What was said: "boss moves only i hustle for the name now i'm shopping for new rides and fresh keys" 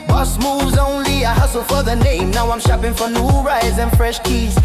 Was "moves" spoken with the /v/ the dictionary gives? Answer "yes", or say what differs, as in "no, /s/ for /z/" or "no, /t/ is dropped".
yes